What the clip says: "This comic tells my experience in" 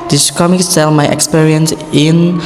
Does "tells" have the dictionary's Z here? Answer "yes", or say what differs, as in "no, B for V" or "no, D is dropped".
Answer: no, Z is dropped